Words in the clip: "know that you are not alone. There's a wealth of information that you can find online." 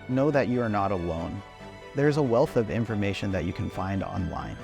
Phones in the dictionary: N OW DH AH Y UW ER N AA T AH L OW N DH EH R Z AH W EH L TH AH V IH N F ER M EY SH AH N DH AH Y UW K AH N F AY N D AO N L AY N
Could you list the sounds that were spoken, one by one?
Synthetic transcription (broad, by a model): N OW DH AH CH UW ER N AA T AH L OW N DH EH R Z AH W EH L TH AH V IH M F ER M EY SH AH N DH AH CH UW K AH N F AY N D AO N L AY N